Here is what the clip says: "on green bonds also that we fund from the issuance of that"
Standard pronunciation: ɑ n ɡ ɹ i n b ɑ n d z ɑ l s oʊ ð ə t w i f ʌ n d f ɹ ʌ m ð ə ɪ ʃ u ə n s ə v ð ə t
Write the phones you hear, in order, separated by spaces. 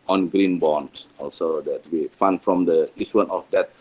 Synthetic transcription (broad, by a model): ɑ n ɡ ɹ i n b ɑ n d ɑ l s oʊ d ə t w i f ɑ n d f ɹ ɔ m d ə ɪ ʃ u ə n ə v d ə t